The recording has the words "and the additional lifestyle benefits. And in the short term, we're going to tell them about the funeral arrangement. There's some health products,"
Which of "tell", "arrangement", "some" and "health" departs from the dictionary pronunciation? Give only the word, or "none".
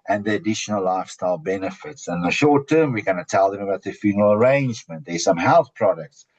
none